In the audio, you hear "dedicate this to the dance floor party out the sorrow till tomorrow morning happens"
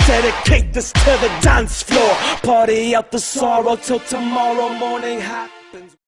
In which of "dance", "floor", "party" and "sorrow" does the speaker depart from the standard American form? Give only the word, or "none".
none